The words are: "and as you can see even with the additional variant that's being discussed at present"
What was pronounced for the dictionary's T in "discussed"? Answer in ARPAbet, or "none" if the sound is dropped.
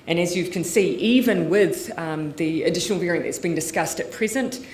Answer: T